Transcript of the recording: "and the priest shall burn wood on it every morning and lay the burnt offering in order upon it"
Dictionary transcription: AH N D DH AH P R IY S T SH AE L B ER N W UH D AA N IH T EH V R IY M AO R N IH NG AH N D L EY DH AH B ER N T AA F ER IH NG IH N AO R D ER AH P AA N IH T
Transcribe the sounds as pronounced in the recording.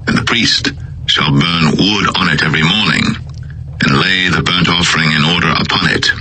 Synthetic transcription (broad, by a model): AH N DH AH P R IY S T SH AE L B ER N W UH D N IH T EH V R IY M AO R N IH NG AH N L EY DH AH B ER N T AA F ER IH NG IH N AO R D ER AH P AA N IH T